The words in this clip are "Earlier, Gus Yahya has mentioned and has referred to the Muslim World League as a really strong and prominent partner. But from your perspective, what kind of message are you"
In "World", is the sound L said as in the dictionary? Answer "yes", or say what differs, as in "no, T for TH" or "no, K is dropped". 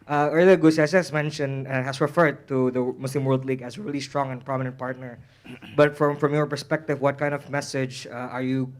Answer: yes